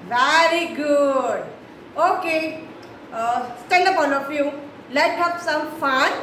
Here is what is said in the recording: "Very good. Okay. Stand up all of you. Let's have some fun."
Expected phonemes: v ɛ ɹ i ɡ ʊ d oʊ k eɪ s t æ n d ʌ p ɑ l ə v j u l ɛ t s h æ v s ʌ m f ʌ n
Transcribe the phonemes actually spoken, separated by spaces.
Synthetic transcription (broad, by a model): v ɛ ɹ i ɡ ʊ d oʊ k eɪ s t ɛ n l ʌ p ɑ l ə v j u l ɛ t h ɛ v s ʌ m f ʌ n